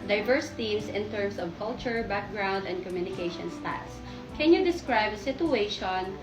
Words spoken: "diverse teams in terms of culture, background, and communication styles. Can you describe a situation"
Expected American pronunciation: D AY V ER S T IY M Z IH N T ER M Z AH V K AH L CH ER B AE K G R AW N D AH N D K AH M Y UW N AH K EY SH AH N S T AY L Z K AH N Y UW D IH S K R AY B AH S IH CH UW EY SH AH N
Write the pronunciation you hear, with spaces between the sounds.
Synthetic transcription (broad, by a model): D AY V ER S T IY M S IH N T ER M S AH V K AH L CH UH B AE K G R AW N D AH N D K AH M Y UW N AH K EY SH AH N S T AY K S K AH N Y UW D IH S K R AY B AH S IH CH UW EY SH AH N